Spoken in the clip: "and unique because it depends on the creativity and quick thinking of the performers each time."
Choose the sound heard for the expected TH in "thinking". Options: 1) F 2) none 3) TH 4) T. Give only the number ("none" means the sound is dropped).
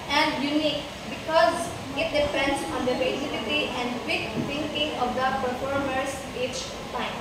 4